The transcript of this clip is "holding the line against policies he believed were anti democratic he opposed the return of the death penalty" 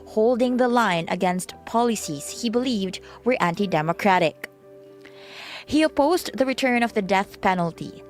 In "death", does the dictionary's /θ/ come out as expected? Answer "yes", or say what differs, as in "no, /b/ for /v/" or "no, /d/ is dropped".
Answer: yes